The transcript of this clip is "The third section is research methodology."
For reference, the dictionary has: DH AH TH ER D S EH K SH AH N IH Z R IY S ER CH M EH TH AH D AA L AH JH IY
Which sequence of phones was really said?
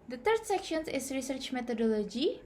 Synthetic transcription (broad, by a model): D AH T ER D S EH K SH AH N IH S R IY S ER CH M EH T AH D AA L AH JH IY